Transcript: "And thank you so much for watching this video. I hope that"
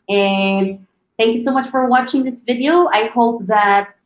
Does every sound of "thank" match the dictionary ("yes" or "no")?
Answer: yes